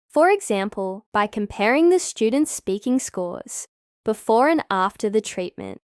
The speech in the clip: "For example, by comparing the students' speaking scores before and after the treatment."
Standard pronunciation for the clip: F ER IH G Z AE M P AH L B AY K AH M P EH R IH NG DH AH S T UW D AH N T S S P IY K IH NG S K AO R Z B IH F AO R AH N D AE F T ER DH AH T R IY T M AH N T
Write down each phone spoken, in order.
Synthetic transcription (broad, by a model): F ER IH G Z AE M P AH L B AY K AH M P EH R IH NG DH AH S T UW D N T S S P IY K IH NG S K AO R Z B IH F AO R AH N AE F T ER DH AH T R IY T M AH N T